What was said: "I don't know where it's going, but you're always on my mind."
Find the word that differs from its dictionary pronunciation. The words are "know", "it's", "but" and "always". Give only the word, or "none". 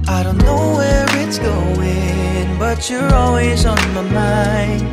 none